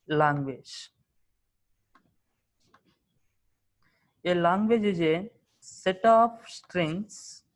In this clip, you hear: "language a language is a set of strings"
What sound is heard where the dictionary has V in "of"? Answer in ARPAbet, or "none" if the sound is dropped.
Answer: P